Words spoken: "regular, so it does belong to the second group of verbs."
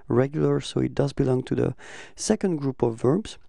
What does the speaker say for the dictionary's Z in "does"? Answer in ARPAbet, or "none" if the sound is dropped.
Z